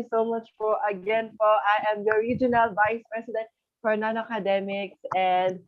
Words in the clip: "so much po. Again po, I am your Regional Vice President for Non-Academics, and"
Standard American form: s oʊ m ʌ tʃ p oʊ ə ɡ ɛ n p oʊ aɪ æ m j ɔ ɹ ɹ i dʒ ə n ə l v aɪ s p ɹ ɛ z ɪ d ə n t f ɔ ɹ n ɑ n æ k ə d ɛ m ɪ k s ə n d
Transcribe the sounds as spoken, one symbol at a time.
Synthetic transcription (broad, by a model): s oʊ m ʌ tʃ f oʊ ə ɡ ɛ n f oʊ aɪ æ m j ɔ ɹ ɹ i dʒ ə n ə l v aɪ s p ɹ ɛ s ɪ d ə n t f ɔ ɹ n ɑ n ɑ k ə d ɛ m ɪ k s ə n d